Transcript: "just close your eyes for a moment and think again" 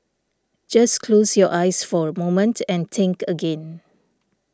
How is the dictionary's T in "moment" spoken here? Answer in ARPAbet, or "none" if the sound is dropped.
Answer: T